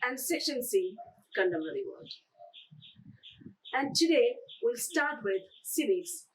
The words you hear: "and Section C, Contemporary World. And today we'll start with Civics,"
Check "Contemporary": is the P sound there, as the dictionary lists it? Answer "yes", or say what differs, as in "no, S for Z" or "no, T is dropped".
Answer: no, P is dropped